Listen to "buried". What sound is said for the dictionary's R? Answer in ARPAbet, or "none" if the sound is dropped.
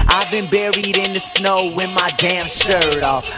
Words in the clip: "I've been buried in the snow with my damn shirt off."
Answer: R